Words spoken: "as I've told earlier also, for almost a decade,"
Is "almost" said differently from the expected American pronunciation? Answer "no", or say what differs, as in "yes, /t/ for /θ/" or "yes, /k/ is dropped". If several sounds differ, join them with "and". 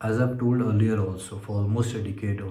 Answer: yes, /l/ is dropped